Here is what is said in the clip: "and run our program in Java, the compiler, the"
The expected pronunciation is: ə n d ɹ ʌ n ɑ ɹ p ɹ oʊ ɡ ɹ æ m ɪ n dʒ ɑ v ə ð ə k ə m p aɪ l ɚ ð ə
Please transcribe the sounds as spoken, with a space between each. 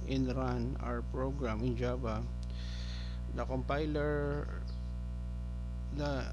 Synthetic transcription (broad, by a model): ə n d ɹ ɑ n ɑ ɹ p ɹ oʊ ɡ ɹ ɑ m ɪ n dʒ ɑ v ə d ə k ə m p aɪ l ɚ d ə